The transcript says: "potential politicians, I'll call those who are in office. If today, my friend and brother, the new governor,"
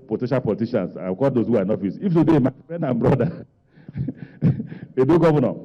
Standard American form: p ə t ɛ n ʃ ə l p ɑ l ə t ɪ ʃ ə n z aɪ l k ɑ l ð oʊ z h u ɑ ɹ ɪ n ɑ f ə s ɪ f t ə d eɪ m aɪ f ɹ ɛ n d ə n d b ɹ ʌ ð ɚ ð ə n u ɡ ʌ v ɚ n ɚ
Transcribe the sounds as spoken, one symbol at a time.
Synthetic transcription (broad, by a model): p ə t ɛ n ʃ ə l p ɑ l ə t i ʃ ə n s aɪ w k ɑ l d oʊ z h u ɑ ɹ ɪ n ɑ f ə s ɪ f t ə d eɪ m aɪ f ɹ ɛ n d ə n b ɹ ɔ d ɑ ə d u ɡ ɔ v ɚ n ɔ